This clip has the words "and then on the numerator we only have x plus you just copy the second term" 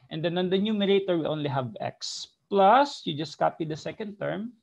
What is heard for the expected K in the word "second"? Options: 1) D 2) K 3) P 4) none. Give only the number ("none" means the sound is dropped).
2